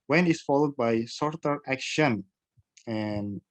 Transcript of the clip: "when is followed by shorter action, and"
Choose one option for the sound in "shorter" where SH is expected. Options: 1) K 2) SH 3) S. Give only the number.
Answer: 3